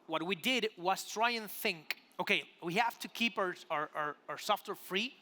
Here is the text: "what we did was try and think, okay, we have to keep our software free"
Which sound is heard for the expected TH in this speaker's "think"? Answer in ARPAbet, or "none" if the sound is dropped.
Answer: TH